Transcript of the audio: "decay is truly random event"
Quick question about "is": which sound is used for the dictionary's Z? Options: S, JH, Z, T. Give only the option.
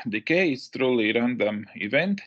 S